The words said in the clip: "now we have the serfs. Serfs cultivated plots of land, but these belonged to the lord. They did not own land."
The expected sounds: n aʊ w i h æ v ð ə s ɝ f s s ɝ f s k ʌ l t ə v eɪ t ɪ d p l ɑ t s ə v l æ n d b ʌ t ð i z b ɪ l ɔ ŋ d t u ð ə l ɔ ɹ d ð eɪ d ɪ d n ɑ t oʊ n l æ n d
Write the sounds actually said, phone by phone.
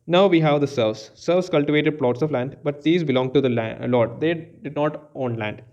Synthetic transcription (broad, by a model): n aʊ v i h æ v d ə s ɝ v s s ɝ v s k ʌ l t ə v eɪ t ɪ d p l ɑ t s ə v l æ n d b ʌ t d i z b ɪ l ɔ ŋ t u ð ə l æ l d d eɪ d ɪ d n ɑ t oʊ n l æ n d